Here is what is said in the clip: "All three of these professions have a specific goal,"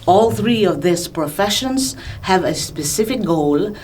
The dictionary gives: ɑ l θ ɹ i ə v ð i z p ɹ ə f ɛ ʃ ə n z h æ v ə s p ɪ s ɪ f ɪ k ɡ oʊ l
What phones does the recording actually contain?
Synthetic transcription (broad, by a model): ɑ l θ ɹ i ə v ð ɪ s p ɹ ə f ɛ ʃ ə n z h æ v ə s p ɪ s ɪ f ɪ k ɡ oʊ l